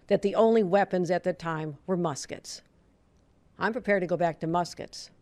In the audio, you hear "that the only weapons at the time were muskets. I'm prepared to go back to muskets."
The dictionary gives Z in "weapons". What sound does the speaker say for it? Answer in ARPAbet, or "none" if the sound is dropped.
Z